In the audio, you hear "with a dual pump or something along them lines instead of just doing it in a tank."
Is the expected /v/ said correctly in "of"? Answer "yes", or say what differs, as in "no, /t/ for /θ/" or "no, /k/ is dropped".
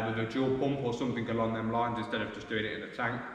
yes